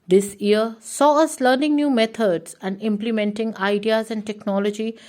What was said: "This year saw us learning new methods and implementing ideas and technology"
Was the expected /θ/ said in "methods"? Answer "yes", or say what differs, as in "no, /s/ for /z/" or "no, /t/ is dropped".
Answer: no, /t/ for /θ/